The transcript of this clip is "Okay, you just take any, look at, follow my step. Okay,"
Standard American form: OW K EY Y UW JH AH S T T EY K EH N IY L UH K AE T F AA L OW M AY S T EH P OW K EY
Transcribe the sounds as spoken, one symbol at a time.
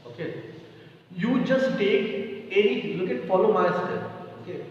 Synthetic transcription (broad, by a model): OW K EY Y UW JH AH S T T EY K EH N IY L UH K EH T F AA L OW M AY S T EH OW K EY